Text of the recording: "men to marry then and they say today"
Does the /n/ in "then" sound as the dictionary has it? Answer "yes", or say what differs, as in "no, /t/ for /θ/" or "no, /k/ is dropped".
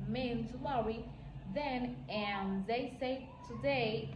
yes